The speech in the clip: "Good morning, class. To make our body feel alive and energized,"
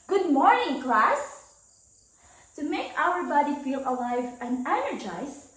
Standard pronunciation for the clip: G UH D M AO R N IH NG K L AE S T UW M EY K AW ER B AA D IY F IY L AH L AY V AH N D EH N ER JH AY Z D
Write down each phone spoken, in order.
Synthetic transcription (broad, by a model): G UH D M AO R N IH NG K L AE S T UW M EY K AW ER B AA D IY F IY L AH L AY V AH N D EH N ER JH AY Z